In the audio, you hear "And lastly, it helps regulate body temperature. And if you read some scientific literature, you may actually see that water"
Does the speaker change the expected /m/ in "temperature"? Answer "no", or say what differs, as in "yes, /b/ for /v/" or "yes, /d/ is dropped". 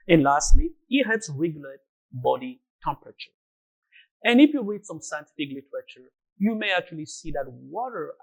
no